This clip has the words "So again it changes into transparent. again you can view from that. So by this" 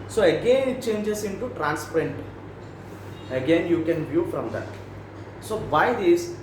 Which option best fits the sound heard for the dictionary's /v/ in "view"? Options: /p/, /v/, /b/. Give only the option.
/v/